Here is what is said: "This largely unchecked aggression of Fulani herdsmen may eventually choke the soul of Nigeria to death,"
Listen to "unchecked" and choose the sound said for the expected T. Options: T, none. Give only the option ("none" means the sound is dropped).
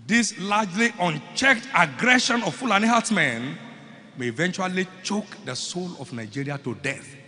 T